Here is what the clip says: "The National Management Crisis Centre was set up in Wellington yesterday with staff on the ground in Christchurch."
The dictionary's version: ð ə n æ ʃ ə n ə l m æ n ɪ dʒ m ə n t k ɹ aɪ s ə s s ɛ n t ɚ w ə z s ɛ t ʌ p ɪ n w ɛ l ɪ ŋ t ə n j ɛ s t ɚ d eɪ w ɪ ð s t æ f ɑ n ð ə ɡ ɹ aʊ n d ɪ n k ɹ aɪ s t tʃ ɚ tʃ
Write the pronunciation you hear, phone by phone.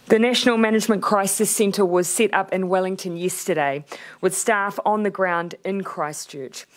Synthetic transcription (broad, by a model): ð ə n æ ʃ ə n l m æ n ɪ dʒ m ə n k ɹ aɪ s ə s s ɛ n t ɚ w ə z s ɛ t ʌ p ɪ n w ɛ l ɪ ŋ t ə n j ɛ s t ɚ d eɪ w ɪ ð s t æ f n ð ə ɡ ɹ aʊ n d ɪ n k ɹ aɪ s tʃ ɚ tʃ